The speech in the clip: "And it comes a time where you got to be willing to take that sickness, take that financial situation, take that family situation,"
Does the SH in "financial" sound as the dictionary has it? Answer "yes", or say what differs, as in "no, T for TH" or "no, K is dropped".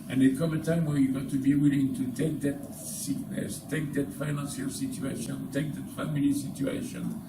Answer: no, S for SH